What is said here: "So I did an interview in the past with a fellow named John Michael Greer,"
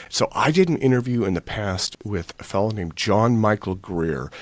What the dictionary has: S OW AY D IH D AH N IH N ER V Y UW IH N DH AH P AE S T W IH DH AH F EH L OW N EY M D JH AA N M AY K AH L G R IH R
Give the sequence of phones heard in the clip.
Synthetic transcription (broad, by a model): S OW AY D IH D N IH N ER V Y UW IH N DH AH P AE S T W IH DH AH F EH L OW N EY M JH AA N M AY K L G R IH R